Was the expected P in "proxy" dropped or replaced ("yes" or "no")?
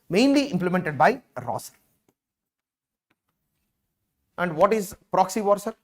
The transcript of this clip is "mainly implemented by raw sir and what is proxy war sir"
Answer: no